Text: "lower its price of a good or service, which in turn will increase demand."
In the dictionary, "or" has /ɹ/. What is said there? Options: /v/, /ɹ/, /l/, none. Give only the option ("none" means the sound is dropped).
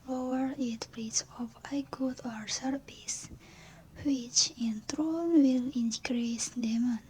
/ɹ/